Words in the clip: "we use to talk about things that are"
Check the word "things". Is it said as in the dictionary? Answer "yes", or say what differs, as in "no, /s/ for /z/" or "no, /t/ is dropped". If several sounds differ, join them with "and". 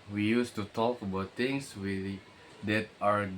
no, /t/ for /θ/